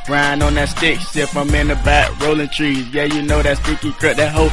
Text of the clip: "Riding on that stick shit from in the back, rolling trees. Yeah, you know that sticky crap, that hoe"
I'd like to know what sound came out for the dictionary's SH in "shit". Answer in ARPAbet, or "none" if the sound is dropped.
S